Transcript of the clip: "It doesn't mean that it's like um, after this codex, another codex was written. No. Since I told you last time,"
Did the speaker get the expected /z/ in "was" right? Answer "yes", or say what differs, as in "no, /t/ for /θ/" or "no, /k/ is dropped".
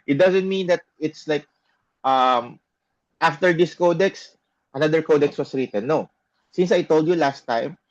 no, /s/ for /z/